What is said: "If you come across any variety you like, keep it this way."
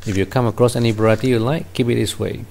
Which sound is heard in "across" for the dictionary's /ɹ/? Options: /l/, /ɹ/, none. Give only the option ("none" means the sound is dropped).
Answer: /ɹ/